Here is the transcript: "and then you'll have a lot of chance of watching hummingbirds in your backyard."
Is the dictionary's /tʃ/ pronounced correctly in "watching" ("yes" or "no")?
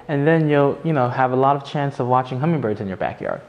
yes